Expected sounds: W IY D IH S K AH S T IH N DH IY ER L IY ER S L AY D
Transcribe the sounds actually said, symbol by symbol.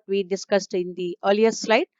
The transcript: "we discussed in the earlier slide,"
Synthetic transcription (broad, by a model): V IY D IH S K AH S T IH N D IY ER L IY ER S L AY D